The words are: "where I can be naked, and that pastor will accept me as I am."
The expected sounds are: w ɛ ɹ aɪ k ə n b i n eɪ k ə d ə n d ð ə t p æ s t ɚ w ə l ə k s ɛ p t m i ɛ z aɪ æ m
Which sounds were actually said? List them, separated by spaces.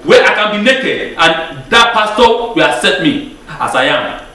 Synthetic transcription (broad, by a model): w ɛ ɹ aɪ k ə n b i n eɪ k ə d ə n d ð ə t p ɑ s t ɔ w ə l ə s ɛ t m i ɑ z aɪ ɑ m